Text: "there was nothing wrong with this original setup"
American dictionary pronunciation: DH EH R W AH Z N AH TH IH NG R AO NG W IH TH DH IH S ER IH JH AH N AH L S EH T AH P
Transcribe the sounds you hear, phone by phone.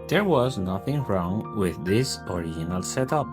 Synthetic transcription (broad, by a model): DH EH R W AH Z N AH TH IH NG R AO NG W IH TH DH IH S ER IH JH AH N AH L S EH T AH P